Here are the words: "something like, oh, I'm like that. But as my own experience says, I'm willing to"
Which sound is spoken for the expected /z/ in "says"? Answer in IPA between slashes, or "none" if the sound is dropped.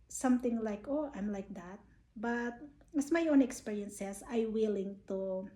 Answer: /s/